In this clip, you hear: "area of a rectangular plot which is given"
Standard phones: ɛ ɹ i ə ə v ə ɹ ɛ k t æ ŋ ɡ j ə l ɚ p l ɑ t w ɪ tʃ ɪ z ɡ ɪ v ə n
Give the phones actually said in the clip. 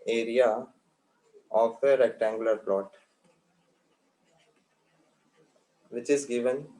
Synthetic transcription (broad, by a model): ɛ ɹ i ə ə f ə ɹ ɛ k t æ ŋ ɡ j ə l ɚ p l ɑ t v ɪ tʃ ɪ z ɡ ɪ v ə n